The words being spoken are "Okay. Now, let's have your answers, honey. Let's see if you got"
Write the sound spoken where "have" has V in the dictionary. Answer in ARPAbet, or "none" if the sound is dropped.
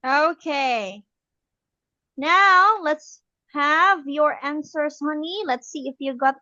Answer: V